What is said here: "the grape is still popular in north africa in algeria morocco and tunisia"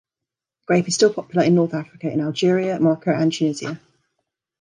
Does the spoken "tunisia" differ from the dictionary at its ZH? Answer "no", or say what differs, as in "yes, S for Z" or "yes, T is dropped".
yes, Z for ZH